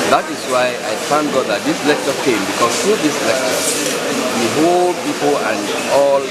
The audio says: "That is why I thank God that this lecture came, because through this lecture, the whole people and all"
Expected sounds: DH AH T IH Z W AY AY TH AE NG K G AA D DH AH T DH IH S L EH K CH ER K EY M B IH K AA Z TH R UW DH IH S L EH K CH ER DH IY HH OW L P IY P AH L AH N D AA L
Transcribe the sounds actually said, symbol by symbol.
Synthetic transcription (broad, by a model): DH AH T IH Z W AY AY F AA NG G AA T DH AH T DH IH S L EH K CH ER K EY M B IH K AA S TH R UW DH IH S L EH K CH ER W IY HH OW L P IY P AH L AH N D AA L